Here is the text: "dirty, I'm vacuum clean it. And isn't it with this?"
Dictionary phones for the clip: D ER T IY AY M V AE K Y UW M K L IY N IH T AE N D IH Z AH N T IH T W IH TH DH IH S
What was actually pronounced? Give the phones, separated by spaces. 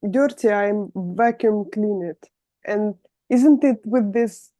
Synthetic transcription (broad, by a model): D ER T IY AY M V AE K Y UW M K L IY N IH T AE N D IH Z AH N T IH T W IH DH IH S